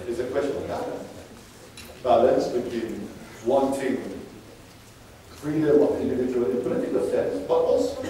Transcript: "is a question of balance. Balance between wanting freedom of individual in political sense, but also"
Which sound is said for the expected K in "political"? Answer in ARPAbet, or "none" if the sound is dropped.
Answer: none